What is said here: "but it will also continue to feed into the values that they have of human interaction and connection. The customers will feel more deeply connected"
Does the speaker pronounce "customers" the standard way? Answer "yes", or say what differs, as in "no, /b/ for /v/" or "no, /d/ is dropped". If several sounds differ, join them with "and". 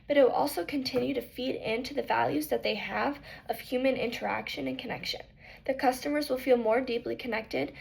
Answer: yes